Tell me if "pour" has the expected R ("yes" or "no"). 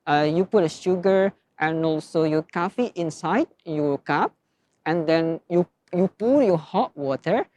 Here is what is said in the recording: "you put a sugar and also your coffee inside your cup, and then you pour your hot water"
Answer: no